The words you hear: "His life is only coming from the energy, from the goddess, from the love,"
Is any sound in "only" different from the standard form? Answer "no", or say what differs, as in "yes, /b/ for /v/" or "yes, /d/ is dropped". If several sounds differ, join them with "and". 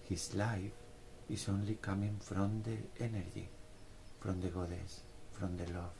no